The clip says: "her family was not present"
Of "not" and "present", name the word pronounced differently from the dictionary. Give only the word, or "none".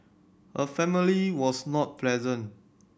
present